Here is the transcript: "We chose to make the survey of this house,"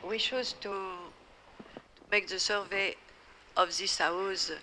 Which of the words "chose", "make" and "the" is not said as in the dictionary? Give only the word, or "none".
chose